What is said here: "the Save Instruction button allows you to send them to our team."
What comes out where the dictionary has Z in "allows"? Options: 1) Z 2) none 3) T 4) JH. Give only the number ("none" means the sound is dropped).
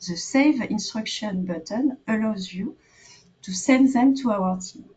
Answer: 1